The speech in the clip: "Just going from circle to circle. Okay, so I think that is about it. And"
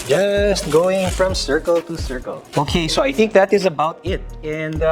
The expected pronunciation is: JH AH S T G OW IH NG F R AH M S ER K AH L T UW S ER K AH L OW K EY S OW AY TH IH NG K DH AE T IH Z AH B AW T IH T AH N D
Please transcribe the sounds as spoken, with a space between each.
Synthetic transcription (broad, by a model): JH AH S T G OW IH NG F R AH M S ER K AH L T UW S ER K AH L OW K EY S OW AY TH IH NG K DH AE T IH Z AH B AW T IH T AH N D